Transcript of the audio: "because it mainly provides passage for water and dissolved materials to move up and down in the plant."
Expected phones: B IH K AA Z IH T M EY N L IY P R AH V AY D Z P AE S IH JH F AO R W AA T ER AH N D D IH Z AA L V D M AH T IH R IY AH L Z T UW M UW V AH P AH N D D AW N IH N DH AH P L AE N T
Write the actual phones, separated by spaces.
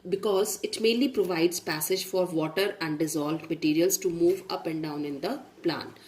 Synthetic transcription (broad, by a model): B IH K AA Z IH T M EY N L IY P R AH V AY D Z P AE S IH JH F AO R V AA T ER AH N D D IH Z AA L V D M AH T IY R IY AH L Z T UW M UW V AH P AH N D D AW N IH N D AH P L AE N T